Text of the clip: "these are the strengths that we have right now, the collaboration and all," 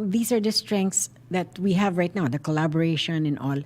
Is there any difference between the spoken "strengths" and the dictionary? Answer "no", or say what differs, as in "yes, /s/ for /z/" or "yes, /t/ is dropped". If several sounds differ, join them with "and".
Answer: yes, /t/ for /θ/